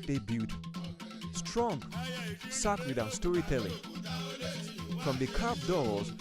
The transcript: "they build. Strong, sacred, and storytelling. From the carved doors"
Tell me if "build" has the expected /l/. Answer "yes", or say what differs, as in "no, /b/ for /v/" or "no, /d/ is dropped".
no, /l/ is dropped